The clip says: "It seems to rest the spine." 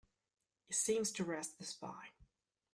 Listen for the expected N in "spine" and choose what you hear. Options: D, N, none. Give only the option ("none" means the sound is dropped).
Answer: none